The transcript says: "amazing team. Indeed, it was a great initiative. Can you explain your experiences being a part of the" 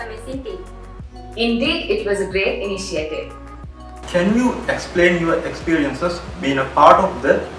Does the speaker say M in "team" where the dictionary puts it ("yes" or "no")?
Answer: no